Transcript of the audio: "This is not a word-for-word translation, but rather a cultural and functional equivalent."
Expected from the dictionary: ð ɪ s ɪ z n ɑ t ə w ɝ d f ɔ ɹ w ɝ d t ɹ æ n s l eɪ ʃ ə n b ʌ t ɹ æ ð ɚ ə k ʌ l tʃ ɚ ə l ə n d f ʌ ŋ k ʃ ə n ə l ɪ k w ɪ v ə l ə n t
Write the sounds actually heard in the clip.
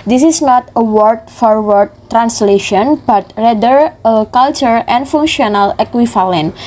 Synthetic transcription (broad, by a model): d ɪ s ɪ s n ɑ t ə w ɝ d f ɔ ɹ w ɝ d t ɹ æ n s l eɪ ʃ ə n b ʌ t ɹ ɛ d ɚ ə k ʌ l tʃ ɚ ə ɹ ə n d f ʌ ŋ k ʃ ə n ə l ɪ k w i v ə l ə n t